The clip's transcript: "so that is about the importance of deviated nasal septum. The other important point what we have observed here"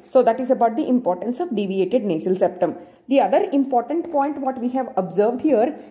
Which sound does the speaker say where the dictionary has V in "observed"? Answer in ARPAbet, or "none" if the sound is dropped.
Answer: V